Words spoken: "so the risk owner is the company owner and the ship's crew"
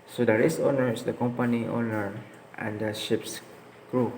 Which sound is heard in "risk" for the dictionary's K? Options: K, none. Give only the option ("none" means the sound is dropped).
none